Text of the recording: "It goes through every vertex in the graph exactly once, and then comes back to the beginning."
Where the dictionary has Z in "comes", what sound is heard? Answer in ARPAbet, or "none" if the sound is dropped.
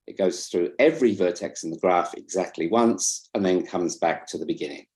Z